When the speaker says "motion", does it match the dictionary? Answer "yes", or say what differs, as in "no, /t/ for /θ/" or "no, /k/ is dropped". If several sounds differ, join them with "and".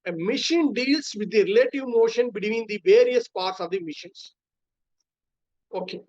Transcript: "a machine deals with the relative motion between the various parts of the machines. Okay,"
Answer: yes